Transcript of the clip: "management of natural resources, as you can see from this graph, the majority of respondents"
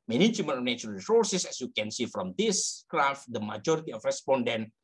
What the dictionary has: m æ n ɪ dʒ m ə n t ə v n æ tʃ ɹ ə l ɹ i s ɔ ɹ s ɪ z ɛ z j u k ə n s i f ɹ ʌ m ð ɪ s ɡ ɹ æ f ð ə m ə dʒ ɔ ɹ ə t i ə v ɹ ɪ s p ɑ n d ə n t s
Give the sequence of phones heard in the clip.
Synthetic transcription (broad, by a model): m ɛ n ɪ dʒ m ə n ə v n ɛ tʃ ə n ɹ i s ɔ ɹ s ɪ s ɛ s j u k ə n s i f ɹ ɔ m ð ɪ s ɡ ɹ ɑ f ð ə m ə dʒ ɔ ɹ ə t i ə f ɹ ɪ s p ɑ n d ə n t